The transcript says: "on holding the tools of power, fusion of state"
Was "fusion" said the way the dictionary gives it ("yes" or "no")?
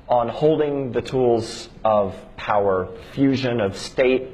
yes